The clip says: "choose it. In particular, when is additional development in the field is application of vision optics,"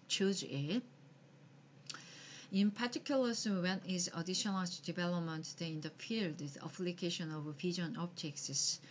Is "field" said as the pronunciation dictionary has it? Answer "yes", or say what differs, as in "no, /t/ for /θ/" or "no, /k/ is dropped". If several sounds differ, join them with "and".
no, /p/ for /f/